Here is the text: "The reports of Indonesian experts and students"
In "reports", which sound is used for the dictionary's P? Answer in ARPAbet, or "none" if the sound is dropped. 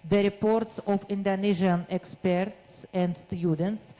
P